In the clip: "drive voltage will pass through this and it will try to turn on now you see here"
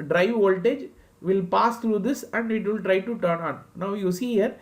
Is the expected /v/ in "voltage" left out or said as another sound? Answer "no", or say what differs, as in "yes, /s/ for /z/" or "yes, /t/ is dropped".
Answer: no